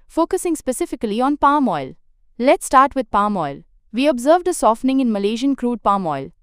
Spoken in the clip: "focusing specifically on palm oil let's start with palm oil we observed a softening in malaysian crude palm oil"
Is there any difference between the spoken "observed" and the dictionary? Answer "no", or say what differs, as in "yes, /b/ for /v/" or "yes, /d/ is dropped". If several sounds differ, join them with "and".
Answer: no